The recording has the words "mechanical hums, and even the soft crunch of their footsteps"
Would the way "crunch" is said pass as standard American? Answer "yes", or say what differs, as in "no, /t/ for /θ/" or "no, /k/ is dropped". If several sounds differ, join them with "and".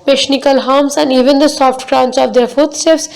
no, /s/ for /tʃ/